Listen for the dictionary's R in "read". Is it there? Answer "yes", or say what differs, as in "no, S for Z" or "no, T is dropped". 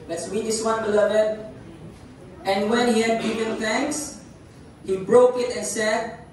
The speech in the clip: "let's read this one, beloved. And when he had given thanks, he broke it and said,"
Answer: no, W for R